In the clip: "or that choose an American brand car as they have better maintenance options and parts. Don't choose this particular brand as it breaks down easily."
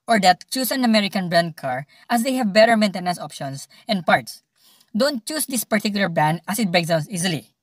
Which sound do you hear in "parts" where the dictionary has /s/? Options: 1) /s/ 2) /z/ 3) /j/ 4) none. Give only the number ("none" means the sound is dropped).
1